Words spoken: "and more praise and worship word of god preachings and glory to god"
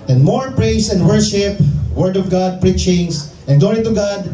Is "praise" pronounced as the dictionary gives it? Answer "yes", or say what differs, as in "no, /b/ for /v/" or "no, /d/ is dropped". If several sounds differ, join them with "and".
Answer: no, /s/ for /z/